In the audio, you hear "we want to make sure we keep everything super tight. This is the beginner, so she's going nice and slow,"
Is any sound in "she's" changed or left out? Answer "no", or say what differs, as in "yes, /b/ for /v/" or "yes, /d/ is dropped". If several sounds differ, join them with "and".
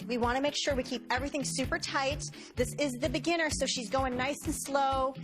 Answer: no